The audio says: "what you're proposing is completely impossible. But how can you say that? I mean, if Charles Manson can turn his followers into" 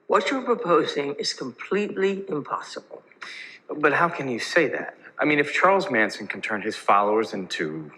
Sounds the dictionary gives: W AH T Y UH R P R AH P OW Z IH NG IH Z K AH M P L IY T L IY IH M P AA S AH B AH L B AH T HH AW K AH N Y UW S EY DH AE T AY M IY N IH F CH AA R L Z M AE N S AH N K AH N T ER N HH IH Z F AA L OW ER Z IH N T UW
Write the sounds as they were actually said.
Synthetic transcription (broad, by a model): W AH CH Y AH R P R AH P OW Z IH NG IH Z K AH M P L IY T L IY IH M P AA S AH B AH L B AH T HH AW K AH N Y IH S EY DH AE T AY M IY N IH F CH AA R L Z M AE N S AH N K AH N T ER N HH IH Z F AA L OW ER Z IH N T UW